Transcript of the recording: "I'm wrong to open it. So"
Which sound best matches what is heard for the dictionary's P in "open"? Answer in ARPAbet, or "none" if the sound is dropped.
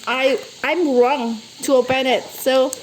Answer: B